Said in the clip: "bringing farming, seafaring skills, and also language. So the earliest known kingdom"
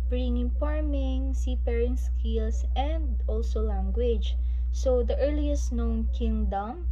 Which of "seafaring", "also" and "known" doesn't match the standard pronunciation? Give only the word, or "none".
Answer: seafaring